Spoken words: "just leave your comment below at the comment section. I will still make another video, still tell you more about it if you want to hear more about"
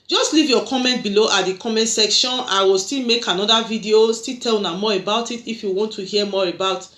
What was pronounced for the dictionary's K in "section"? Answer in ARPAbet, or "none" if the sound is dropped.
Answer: K